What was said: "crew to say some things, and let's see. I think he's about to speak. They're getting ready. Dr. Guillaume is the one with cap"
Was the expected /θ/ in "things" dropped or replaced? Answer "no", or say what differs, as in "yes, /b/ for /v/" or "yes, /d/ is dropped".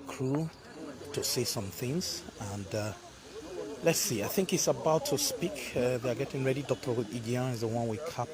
no